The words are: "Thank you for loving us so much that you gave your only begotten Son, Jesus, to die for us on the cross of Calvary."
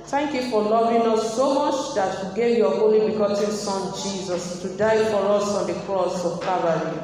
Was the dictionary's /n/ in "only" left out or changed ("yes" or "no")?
yes